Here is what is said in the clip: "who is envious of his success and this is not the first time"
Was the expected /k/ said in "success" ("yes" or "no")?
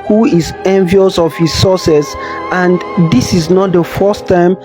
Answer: no